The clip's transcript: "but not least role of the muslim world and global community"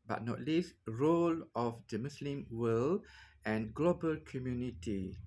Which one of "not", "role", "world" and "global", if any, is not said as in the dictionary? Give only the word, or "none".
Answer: world